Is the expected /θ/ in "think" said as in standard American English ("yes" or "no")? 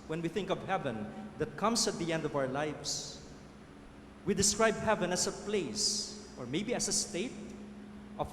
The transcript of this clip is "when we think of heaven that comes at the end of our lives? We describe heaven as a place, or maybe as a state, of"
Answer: yes